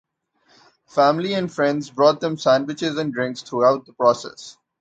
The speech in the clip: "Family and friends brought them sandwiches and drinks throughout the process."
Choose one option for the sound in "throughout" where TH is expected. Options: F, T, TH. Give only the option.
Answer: T